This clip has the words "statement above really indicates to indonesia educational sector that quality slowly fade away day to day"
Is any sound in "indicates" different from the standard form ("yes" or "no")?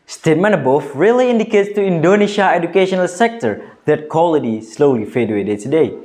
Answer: no